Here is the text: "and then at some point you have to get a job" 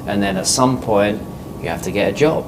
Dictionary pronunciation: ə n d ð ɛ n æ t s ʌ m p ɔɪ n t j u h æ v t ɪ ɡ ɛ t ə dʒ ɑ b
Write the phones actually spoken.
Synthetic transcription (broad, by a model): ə n ð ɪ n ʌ t s ʌ m p ɔɪ n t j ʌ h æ f t ɪ ɡ ɛ t ə dʒ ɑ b